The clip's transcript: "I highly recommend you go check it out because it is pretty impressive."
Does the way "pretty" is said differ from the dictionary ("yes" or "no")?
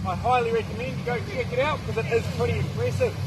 yes